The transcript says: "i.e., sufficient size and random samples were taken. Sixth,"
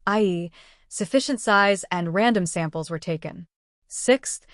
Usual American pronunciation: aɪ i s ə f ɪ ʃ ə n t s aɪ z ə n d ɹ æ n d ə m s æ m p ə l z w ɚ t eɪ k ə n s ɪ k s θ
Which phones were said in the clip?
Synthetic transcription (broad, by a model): aɪ i s ə f ɪ ʃ ə n t s aɪ z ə n ɹ æ n d ə m s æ m p l z w ɚ t eɪ k ə n s ɪ k s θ